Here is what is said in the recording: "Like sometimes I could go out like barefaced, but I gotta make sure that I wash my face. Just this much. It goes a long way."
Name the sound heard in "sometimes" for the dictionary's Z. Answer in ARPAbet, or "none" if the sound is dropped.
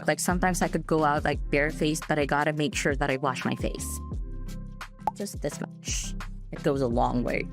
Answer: Z